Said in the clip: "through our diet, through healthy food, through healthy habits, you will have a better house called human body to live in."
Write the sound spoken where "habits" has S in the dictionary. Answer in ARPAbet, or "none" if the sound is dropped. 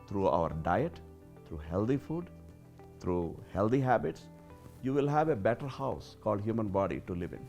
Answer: S